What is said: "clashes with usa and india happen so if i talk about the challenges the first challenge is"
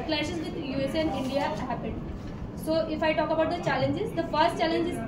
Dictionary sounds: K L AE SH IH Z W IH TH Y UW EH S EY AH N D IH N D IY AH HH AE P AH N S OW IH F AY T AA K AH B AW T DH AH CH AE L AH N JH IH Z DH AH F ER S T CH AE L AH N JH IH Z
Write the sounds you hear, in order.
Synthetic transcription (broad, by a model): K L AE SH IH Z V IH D Y UW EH S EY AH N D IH N D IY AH HH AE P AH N S OW IH F AY T AA K AH B AW T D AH CH AE L AH N JH IH Z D AH F ER S T CH AE L AH N JH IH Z